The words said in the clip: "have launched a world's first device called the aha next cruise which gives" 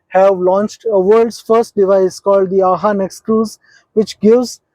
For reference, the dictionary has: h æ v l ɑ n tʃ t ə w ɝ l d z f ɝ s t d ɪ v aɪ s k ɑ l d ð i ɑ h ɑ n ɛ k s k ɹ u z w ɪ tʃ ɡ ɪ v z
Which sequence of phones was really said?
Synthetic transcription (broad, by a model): h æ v l ɑ n tʃ t ə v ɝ d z f ɝ s t d ɪ v aɪ s k ɑ l d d i ɑ h ɑ n ɛ k s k u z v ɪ tʃ ɡ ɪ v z